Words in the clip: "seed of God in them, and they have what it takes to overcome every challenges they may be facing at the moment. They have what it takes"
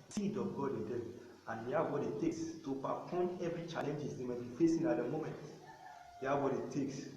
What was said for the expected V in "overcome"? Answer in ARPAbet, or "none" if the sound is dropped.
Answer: P